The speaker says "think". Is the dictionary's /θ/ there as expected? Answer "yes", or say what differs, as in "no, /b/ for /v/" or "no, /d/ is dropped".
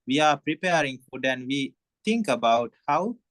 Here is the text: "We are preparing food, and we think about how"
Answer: no, /t/ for /θ/